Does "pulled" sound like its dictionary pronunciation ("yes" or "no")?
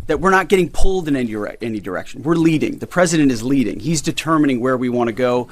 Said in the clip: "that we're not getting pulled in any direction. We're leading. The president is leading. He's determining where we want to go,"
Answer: yes